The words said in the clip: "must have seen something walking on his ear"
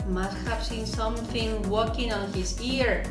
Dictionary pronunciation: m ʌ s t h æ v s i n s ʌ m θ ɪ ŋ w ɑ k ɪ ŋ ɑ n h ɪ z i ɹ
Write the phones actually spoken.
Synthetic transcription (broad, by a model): m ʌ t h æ p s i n s ʌ m θ ɪ ŋ w ɑ k ɪ ŋ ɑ n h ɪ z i ɹ